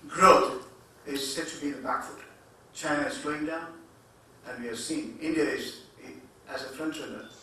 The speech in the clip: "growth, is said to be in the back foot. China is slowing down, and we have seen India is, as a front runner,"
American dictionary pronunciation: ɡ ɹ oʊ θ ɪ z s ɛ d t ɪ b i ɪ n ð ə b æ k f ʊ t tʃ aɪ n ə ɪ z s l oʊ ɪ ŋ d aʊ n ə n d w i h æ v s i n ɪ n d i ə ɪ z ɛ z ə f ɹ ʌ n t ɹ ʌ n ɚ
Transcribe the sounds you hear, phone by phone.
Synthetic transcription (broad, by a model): ɡ ɹ oʊ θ ɪ z s ɛ d t ɪ b i ɪ n ð ə b æ k f ʊ t tʃ aɪ n ə ɪ z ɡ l oʊ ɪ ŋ d aʊ n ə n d w i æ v s i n ɪ n d i ə ɪ z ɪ z ə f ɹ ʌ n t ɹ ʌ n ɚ